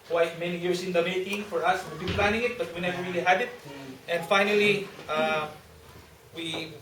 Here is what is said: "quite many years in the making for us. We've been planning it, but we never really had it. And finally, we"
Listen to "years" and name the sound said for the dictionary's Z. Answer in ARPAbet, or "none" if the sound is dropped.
S